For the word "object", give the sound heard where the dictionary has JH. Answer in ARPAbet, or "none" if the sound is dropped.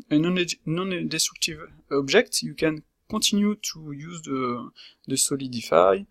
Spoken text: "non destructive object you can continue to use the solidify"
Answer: ZH